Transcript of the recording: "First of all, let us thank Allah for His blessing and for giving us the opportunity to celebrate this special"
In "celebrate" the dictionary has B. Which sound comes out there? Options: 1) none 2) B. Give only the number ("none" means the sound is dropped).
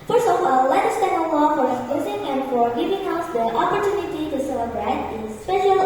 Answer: 2